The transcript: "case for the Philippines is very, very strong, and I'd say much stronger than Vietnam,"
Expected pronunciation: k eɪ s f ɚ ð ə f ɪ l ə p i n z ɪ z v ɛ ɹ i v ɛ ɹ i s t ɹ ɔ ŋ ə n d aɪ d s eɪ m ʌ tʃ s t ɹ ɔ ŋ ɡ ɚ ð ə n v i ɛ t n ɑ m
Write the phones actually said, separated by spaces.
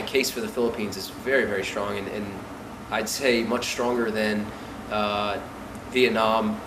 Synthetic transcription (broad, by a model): k eɪ s f ɚ ð ə f ɪ l ə p i n z ɪ z v ɛ ɹ i v ɛ ɹ i s t ɹ ɔ ŋ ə n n aɪ d s eɪ m ʌ tʃ s t ɹ ɔ ŋ ɡ ɚ ð ə n v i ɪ n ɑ m